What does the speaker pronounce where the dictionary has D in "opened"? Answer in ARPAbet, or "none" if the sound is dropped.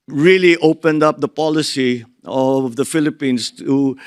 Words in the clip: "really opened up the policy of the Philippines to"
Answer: D